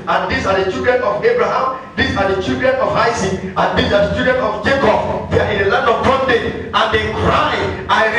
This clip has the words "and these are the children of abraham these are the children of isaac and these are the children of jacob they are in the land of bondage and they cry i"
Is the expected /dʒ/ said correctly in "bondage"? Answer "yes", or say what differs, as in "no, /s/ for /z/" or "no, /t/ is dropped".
no, /dʒ/ is dropped